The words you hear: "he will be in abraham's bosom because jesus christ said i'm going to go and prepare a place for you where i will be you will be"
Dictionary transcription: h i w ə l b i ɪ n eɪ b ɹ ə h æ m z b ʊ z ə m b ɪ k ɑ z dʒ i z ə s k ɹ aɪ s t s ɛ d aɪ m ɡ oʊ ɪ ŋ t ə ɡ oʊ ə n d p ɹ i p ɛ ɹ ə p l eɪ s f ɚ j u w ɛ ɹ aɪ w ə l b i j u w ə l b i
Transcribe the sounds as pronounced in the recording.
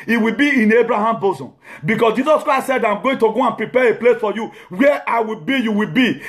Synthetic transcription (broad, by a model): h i w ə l b i ɪ n eɪ b ɹ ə h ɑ m b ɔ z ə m b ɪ k ɑ s dʒ i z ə s k ɹ aɪ s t s ɛ d aɪ m ɡ oʊ ɪ ŋ t ə ɡ oʊ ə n p ɹ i p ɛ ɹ ə p l eɪ s f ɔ j u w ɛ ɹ aɪ w ə l b i j u w ə l b i